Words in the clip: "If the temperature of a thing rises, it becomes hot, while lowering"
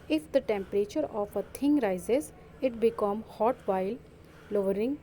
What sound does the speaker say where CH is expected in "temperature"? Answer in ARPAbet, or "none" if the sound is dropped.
CH